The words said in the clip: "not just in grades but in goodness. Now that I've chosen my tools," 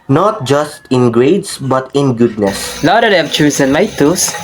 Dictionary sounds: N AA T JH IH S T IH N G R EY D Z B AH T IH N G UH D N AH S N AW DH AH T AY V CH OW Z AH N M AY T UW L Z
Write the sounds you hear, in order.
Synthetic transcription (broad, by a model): N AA T JH IH S T IH N G R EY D S B AH T IH N G UH D N AH S L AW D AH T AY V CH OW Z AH N M AY T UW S